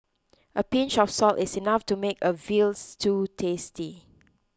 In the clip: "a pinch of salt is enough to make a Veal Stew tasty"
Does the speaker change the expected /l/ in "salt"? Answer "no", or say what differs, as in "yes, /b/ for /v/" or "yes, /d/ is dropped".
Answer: no